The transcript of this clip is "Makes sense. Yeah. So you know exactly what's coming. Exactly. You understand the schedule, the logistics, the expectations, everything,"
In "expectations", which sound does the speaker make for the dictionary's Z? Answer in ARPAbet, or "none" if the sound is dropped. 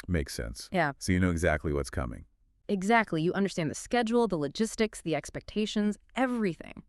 Z